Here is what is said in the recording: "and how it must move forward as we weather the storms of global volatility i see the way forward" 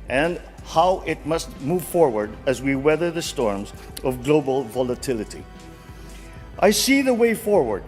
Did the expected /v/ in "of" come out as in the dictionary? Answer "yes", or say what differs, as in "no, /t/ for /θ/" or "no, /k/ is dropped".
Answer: yes